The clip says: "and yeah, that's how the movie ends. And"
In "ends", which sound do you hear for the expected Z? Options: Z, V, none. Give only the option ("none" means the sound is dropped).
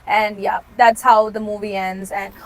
Z